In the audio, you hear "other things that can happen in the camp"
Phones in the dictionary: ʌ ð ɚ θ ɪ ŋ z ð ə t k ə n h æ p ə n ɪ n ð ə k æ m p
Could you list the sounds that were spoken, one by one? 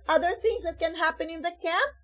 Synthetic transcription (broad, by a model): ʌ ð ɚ θ ɪ ŋ z ð ə t k ə n h æ p ə n ɪ n ð ə k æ m p